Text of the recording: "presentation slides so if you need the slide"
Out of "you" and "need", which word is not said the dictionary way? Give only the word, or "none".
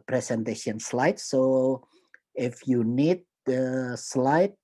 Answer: none